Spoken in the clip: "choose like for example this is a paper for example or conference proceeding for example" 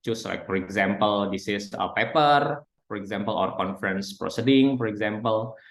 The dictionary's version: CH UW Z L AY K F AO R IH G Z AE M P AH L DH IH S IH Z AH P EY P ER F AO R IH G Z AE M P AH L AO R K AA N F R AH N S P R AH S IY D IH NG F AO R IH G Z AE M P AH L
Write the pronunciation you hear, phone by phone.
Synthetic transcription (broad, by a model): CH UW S L AY K F AO R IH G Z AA M P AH L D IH S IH S AH P EY P ER F AO R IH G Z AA M P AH L AO R K AA N F R AH N S P R AH S IY D IH NG F AO R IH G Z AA M P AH L